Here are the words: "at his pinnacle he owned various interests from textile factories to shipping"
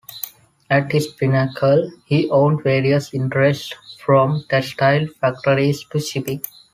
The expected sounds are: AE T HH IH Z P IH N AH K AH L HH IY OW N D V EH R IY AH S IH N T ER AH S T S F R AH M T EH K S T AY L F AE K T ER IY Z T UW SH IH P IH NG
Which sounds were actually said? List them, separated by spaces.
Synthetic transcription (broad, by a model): AE T HH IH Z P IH N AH K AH L HH IY OW N D V EH R IY AH S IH N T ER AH S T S F R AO M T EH S T AY L F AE K T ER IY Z T UW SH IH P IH